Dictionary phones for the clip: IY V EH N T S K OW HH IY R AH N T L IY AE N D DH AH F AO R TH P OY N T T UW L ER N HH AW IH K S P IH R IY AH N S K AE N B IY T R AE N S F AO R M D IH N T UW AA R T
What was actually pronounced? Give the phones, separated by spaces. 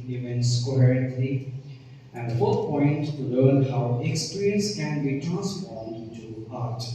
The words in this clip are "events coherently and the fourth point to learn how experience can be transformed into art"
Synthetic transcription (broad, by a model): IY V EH N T S K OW HH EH R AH N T L IY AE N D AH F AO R P OY N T T UW L ER N HH AW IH K S P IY R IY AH N S K AE N B IY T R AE N S AO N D IH N T UW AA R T